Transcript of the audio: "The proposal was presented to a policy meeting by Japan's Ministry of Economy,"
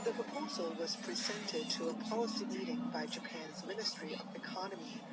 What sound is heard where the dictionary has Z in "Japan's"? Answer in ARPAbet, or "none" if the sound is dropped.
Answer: Z